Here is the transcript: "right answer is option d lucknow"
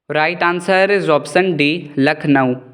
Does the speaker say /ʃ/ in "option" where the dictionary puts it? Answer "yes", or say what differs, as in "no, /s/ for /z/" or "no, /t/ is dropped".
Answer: no, /s/ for /ʃ/